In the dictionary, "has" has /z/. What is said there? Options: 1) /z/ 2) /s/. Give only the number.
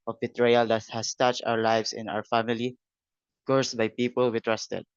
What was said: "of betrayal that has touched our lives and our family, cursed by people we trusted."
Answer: 2